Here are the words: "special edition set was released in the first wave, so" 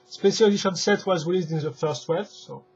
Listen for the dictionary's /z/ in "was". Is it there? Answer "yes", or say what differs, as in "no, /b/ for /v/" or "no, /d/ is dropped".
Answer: yes